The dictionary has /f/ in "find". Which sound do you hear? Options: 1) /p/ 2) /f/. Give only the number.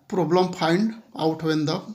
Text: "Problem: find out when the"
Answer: 1